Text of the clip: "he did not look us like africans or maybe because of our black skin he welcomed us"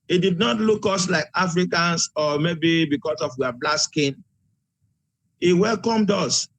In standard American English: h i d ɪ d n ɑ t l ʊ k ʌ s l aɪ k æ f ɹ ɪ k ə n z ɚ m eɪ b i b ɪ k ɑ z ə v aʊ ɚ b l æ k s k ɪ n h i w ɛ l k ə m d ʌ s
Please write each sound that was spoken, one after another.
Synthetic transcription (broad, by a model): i d ɪ d n ɑ t l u k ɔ s l aɪ k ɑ f ɹ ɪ k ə n s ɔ m eɪ b i b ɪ k ɑ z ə w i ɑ b l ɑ s k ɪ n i w ɛ l k ə m d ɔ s